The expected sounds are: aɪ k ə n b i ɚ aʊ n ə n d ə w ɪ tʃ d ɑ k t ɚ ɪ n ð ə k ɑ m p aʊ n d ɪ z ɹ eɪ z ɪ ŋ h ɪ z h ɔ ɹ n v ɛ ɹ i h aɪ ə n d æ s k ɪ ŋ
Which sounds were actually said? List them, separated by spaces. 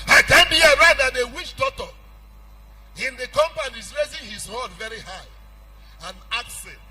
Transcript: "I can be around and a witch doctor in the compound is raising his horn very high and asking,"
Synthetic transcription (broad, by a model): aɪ k ə n b i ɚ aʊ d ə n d ə w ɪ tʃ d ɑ t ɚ ɪ n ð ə k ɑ m p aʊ n ɪ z ɹ eɪ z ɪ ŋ h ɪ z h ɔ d v ɛ ɹ i h aɪ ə n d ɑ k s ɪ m